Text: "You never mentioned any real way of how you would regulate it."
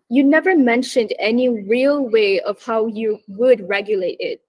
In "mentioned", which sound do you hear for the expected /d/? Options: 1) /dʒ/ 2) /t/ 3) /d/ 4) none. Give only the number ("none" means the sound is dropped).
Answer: 3